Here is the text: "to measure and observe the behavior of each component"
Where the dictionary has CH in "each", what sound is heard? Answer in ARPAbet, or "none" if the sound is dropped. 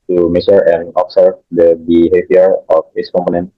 S